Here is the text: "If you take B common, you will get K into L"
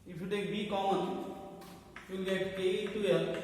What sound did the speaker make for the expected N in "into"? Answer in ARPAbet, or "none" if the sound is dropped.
none